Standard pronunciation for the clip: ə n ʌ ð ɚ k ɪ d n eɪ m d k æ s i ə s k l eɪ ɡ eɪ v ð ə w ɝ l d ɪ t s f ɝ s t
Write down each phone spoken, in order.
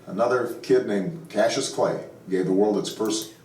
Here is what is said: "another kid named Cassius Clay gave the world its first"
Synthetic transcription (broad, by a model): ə n ʌ ð ɚ k ɪ d n eɪ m k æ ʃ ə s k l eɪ ɡ eɪ v ð ə w ɝ l d ɪ t s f ɝ s t